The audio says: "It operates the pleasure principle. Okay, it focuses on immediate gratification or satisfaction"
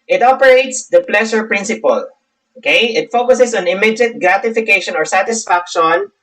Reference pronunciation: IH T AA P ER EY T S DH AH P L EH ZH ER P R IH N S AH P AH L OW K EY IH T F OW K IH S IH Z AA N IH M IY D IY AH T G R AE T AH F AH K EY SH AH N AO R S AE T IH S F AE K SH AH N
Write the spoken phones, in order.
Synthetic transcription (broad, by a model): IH T AA P ER EY T S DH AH P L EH SH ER P R IH N S AH P AH L OW K EY IH T F OW K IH S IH S AA N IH M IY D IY T G R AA T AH F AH K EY SH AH N AO R S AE T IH S F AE K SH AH N